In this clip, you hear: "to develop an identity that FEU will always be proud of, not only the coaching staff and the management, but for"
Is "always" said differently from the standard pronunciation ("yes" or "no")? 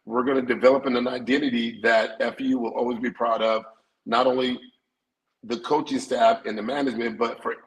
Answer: no